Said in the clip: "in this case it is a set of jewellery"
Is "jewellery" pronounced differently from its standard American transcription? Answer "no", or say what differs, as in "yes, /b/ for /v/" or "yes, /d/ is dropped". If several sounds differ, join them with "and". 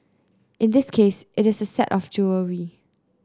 yes, /l/ is dropped